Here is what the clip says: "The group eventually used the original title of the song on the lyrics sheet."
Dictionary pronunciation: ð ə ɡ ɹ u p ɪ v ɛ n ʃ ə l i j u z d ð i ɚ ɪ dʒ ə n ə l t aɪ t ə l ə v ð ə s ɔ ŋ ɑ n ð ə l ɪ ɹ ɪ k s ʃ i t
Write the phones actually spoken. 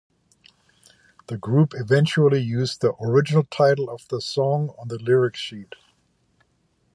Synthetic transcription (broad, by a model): ð ə ɡ ɹ u p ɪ v ɛ n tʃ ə l i j u z ð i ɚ ɪ dʒ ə n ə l t aɪ t l ə v ð ə s ɔ ŋ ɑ n ð ə l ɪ ɹ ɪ k ʃ i t